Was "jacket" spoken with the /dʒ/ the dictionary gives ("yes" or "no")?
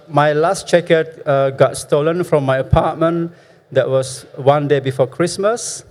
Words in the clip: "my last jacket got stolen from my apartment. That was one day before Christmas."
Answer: no